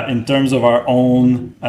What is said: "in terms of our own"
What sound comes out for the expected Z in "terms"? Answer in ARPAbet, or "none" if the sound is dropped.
Z